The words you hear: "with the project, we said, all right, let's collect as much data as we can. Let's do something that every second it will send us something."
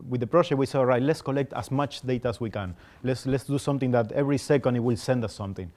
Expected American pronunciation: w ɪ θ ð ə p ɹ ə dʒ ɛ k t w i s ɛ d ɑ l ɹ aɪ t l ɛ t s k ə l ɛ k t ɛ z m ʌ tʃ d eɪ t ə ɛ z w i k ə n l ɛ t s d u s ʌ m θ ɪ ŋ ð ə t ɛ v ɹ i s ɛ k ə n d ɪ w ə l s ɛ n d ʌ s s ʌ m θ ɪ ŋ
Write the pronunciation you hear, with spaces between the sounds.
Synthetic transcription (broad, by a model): w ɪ ð ə p ɹ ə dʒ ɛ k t w i s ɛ ɑ l ɹ aɪ t l ɛ t s k ə l ɛ k t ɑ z m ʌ tʃ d eɪ t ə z w i k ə n l ɛ t s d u s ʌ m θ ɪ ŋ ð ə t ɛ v ɹ i s ɛ k ə n d w ə l s ɛ n d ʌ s s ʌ m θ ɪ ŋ